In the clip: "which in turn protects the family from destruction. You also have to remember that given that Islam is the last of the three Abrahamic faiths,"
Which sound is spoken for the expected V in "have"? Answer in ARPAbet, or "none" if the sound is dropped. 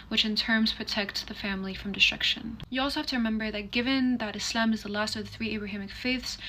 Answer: F